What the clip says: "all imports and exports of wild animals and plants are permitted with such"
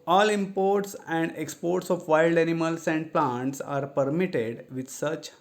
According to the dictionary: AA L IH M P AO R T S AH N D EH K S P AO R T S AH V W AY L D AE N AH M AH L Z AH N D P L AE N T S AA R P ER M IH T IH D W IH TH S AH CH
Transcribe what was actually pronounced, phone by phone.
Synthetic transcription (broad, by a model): AA L IH M P AO R T S AH N D EH K S P AO R T S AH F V AY L D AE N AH M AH L S AH N D P L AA N T S AA R P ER M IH T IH D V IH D S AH CH